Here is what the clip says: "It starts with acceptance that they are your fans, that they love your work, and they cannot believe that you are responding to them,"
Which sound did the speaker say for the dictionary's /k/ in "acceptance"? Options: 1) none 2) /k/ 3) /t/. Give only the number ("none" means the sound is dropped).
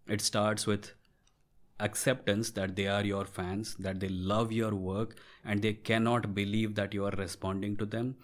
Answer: 2